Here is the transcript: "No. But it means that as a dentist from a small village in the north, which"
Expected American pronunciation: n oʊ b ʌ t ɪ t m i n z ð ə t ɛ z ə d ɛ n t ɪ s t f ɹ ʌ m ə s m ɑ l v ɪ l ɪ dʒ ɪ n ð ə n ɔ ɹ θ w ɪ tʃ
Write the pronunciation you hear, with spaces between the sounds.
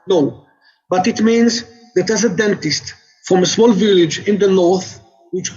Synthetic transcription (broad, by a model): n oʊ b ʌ t ɪ t m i n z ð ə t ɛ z ə d ɛ n t ɪ s t f ɹ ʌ m ə s m ɑ l v ɪ l ɪ dʒ ɪ n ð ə n ɔ ɹ θ w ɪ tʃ